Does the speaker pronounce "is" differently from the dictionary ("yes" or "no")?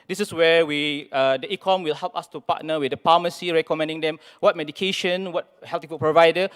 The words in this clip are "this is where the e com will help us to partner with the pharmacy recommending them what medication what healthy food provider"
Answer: yes